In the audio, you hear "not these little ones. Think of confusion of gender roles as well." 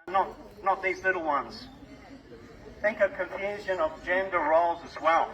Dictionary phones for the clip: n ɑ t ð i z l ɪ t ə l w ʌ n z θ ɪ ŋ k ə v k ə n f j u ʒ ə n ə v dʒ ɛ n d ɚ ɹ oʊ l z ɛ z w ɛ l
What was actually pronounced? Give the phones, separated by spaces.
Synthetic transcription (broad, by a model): n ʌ t ð i z l ɪ t l w ʌ n z θ ɪ ŋ k ə v k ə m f j u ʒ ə n ə v dʒ ɛ n d ɚ ɹ oʊ l z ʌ z w ɛ l